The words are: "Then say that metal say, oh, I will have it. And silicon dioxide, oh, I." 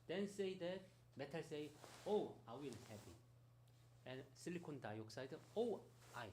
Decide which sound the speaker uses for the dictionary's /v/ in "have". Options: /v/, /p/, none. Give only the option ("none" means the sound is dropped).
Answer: /p/